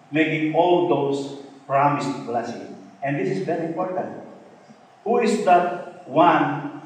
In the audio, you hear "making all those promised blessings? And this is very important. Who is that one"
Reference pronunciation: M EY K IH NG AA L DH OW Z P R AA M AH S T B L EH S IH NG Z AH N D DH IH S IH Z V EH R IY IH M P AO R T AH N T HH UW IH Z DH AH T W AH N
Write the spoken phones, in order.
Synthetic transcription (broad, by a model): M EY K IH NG AA L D OW S P R AA M AH S T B L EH S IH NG AH N D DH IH S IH S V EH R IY IH M P AO R T AH N T HH UW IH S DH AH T W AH N